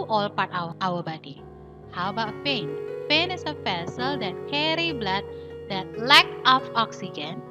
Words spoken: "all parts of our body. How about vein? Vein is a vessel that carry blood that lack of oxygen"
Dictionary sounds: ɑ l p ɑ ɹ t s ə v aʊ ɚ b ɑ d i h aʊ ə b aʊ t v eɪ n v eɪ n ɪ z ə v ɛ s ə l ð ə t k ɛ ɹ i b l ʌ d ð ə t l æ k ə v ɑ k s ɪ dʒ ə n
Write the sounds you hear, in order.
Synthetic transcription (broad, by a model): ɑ l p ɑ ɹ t ə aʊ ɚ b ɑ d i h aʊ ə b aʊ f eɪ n f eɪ n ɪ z ə f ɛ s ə l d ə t k ɛ ɹ i b l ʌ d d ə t l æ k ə f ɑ k s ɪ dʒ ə n